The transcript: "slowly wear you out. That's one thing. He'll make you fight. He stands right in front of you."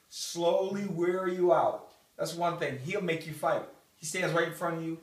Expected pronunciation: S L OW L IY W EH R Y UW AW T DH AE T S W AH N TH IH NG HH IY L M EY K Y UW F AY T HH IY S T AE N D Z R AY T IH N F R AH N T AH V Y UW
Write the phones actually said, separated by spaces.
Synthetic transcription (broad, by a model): S L OW L IY W EH R Y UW AW T DH AE T S W AH N TH IH NG HH IY L M EY K Y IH F AY T HH IY S T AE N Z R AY IH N F R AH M Y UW